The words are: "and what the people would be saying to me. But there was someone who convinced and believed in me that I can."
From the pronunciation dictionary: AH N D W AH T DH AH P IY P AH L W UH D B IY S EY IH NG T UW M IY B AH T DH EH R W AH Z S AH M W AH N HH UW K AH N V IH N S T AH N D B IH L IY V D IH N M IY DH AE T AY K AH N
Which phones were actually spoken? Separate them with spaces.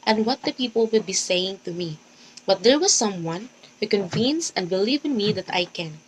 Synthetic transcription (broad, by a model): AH N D W AH T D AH P IY P AH L W UH D B IY S EY IH NG T UW M IY B AH T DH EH R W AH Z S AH M W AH N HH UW K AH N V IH N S AH N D B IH L IY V IH N M IY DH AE T AY K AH N